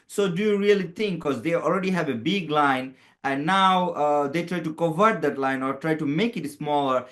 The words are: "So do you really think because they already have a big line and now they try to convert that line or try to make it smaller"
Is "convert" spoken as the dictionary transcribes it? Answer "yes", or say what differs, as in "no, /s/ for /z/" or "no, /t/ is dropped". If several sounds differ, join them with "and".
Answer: no, /n/ is dropped